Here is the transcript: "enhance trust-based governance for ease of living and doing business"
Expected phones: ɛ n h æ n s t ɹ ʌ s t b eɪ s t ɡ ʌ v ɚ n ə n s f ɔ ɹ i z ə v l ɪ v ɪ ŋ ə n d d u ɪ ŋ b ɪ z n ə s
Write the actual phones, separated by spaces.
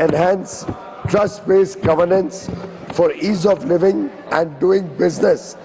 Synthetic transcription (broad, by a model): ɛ n h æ n s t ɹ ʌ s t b eɪ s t ɡ ʌ v ɚ n ə n s f ɔ ɹ i z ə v l ɪ v ɪ ŋ ə n d d u ɪ ŋ b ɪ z n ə s